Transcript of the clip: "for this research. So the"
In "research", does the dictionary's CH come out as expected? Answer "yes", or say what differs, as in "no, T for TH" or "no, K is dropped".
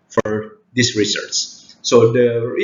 no, S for CH